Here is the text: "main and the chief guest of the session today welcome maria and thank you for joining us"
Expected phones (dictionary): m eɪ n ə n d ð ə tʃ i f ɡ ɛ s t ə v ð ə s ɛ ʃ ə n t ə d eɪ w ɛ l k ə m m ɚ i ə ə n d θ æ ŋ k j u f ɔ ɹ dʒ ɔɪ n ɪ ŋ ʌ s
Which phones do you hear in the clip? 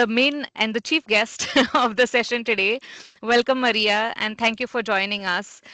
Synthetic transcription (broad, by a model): m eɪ n ə n d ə tʃ i f ɡ ɛ s t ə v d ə s ɛ ʃ ə n t ə d eɪ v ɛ l k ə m m ɚ i ə ə n d t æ ŋ k j u f ɔ ɹ dʒ ɔɪ n ɪ ŋ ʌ s